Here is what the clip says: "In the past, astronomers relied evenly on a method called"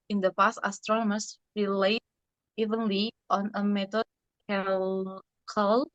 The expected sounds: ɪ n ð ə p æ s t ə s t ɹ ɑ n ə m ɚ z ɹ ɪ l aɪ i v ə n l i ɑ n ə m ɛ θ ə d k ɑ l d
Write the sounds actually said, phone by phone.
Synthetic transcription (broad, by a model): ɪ n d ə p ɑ s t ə s t ɹ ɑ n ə m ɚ s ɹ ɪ l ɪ i v ə n l i ɑ n ə m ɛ t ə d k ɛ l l